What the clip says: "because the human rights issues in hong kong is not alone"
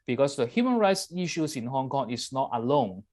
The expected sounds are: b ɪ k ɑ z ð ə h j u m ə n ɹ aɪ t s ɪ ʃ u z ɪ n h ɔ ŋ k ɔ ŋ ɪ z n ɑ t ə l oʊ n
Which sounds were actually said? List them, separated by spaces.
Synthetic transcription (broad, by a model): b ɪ k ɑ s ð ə h j u m ə n ɹ aɪ t s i ʃ u s ɪ n h ɔ ŋ k ɔ ŋ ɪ s n ɑ t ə l oʊ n